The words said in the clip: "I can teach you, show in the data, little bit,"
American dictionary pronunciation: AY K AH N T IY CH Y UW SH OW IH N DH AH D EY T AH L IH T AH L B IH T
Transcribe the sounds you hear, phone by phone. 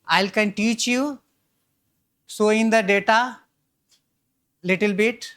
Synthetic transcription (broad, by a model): AY K AH N T IY CH Y UW S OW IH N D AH D EY T AH L IH T AH L B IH T